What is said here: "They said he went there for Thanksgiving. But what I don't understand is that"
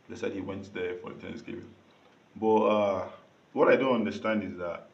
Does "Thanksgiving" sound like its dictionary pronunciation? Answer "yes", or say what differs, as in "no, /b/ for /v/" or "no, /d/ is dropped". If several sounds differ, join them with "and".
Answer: no, /t/ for /θ/